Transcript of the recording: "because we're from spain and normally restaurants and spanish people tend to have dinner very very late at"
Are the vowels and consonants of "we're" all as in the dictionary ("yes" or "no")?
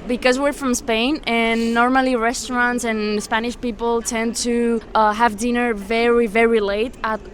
yes